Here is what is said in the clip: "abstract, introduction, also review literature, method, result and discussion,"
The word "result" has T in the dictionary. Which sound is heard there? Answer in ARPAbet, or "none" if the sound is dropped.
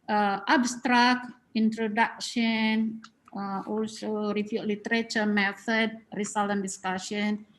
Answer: none